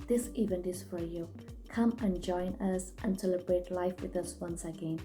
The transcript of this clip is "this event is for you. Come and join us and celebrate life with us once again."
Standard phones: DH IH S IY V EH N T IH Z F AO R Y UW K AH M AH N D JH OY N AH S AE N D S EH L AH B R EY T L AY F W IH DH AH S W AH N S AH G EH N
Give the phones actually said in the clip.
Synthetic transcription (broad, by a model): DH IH S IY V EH N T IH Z F AO R Y UW K AH M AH N JH OY N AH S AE N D S EH L AH B R EY T L AY F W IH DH AH S W AH N S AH G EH N